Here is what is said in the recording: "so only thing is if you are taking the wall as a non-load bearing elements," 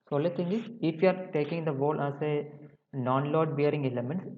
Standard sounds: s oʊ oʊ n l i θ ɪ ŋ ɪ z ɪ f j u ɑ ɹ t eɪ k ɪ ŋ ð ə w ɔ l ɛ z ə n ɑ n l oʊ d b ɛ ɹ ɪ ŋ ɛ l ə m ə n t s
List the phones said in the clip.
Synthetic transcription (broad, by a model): s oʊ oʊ l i t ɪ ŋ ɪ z ɪ f j u ɑ ɹ t eɪ k ɪ ŋ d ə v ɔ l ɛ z ə n ɑ n l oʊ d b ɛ ɹ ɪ ŋ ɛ l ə m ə n t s